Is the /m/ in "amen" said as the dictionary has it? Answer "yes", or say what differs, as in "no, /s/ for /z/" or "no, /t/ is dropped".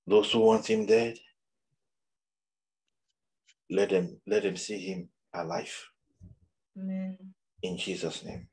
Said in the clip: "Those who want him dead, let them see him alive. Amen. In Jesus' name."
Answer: no, /m/ is dropped